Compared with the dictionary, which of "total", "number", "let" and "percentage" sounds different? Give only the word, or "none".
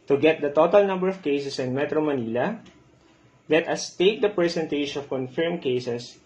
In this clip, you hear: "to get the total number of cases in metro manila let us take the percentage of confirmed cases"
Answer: percentage